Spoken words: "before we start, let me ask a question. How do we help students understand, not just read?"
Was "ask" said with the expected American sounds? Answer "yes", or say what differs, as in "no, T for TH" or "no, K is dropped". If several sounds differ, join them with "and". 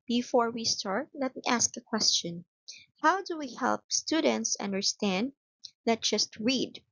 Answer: yes